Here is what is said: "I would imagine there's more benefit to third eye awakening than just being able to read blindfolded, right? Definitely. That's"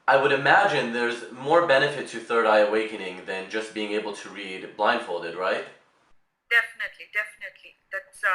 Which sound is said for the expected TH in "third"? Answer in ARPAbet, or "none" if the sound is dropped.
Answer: TH